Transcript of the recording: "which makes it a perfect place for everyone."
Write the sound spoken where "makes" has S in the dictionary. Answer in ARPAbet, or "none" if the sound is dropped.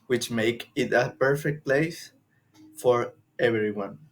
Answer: none